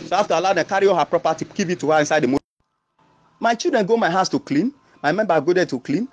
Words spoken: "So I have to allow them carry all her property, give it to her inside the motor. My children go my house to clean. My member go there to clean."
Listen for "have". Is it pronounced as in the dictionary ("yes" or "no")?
no